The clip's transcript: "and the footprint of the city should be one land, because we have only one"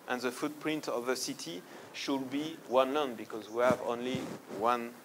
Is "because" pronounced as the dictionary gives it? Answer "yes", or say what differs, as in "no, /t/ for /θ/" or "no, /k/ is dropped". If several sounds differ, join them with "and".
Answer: yes